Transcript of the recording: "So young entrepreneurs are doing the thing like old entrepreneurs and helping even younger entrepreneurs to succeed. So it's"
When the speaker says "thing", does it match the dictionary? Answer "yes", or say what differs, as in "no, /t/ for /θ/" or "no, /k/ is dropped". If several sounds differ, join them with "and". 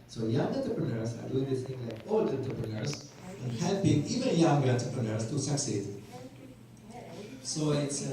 no, /s/ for /θ/